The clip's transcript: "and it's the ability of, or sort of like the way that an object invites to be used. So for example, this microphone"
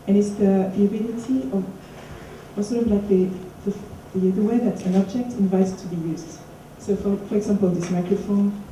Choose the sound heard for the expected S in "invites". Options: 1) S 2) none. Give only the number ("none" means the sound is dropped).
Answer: 2